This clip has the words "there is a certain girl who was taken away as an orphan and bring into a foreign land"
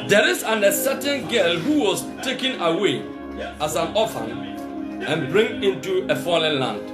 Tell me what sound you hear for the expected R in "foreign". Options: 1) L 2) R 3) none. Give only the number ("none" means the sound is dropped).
1